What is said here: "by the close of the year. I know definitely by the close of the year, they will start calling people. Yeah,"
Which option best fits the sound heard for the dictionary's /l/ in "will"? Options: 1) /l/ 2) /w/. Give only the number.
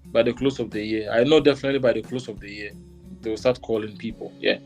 2